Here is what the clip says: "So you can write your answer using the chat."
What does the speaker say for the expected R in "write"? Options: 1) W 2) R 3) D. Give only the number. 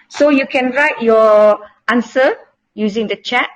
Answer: 2